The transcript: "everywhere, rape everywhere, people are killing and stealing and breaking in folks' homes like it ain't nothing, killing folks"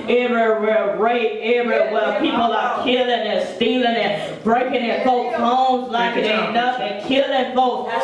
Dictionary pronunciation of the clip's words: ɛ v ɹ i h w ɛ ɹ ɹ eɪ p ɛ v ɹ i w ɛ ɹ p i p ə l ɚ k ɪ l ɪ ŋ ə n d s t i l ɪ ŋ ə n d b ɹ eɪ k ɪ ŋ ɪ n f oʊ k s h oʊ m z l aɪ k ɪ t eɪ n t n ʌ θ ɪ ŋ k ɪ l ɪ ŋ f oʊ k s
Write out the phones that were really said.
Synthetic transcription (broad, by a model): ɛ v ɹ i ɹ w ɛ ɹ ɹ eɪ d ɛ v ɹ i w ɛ l p i p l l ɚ k ɪ l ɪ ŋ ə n s t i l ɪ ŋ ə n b ɹ eɪ k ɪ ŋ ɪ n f oʊ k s h oʊ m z l aɪ k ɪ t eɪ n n ʌ f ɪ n k ɪ l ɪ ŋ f oʊ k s